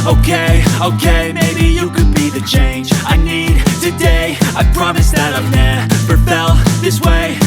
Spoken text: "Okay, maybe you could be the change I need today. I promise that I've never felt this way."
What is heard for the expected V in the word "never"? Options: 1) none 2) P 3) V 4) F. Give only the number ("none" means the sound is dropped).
2